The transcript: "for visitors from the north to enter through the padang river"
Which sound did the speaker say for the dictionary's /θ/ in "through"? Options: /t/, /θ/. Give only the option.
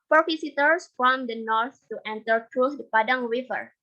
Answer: /t/